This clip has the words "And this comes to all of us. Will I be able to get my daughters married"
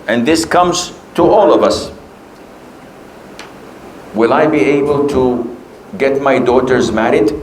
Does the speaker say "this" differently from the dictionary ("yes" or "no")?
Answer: no